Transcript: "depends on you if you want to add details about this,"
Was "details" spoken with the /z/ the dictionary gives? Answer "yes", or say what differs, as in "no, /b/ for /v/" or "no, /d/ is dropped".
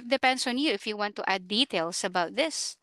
no, /s/ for /z/